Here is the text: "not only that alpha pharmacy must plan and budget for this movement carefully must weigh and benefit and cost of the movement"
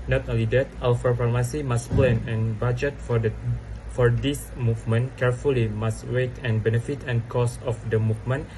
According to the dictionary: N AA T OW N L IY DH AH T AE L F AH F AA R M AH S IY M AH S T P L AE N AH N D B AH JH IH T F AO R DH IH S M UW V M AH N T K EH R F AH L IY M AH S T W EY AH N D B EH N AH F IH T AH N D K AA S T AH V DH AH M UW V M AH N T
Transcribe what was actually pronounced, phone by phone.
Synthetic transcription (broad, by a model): N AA T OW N L IY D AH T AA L F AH P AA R M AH S IY M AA S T P L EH N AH N B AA JH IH T F AO R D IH S M UW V M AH N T K EH R F AH L IY M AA S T W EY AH N B EH N AH F IH T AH N K AA S AH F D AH M UW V M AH N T